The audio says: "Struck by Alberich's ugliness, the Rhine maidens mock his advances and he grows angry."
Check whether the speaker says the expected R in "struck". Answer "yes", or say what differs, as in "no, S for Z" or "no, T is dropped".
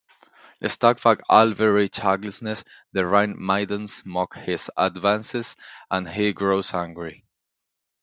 no, R is dropped